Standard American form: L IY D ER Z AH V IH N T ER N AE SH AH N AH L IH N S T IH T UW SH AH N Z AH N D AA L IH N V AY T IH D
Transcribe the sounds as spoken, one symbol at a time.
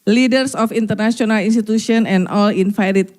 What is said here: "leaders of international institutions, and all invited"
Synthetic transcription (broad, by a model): L IY D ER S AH F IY N T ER N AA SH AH N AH L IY N S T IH T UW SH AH N AH N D AA L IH N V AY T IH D